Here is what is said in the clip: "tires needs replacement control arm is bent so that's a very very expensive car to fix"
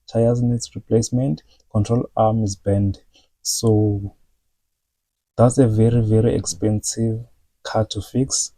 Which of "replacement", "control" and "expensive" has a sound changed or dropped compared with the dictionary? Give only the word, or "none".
none